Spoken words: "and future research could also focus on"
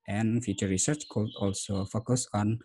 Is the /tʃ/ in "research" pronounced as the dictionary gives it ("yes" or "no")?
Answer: yes